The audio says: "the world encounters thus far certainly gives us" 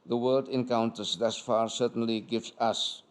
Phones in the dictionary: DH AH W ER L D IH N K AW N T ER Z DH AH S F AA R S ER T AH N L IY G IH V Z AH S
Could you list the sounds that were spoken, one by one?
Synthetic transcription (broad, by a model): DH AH W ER D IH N K AW N T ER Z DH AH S F AA R S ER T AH N L IY G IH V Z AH S